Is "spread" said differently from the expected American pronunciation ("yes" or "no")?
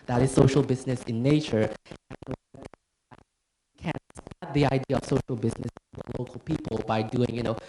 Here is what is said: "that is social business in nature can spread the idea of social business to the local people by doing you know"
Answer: yes